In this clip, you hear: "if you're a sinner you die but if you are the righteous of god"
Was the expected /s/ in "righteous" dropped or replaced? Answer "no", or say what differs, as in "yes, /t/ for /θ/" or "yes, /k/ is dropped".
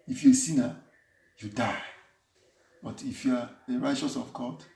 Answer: no